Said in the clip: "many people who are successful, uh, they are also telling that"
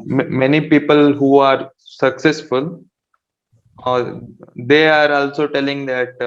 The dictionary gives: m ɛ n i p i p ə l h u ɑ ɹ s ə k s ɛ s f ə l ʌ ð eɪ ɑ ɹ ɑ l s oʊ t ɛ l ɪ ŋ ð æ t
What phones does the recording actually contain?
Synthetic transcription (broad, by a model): m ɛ n i p i p ə l h u ɑ ɹ s ə k s ɛ s f ə l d eɪ ɑ ɹ ɑ l s oʊ t ɛ l ɪ ŋ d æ t